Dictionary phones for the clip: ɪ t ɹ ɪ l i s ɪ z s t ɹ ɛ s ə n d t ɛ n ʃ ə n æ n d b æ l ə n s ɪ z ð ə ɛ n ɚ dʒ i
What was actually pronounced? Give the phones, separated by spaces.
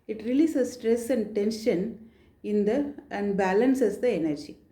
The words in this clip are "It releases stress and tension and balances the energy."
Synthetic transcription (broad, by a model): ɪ t ɹ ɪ l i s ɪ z s t ɹ ɛ s ə n d t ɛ n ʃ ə n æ n d b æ l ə n s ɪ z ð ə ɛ n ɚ dʒ i